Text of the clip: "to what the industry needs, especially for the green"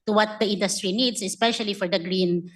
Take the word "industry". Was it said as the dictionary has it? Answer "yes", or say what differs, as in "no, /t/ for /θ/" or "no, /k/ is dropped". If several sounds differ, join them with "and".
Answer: yes